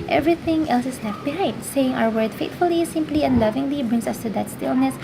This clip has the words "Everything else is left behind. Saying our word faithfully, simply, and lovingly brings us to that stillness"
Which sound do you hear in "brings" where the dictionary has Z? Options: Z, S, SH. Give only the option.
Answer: S